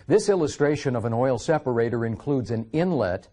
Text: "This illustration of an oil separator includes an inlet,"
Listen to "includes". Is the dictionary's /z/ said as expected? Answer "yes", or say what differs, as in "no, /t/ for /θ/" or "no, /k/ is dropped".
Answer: yes